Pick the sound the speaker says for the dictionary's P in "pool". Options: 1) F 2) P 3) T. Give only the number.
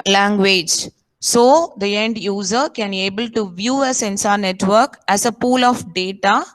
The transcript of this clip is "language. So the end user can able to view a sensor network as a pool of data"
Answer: 2